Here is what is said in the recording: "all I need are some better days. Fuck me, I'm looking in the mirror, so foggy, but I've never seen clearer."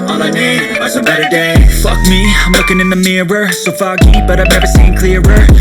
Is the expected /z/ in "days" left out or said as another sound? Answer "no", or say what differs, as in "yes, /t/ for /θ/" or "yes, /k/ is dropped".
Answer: yes, /z/ is dropped